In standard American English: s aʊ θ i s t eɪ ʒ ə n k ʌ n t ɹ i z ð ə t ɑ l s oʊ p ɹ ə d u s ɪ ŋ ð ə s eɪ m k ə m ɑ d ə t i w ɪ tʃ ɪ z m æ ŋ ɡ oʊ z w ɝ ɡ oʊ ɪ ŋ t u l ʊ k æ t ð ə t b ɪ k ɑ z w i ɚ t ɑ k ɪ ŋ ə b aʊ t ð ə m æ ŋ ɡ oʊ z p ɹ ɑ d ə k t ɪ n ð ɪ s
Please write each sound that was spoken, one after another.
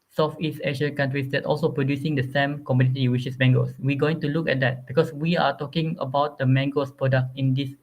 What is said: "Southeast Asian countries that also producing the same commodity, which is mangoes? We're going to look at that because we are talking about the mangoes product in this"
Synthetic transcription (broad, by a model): s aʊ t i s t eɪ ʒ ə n k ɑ n t ɹ i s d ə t ɑ l s oʊ p ɹ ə d u s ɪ ŋ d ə s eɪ m k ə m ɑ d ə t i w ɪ ʃ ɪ s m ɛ ŋ ɡ oʊ s w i ɡ oʊ ɪ ŋ t u l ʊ k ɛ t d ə t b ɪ k ɑ s w i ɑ t ɑ k ɪ ŋ ə b aʊ t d ə m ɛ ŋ ɡ oʊ s p ɹ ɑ d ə k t ɪ n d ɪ s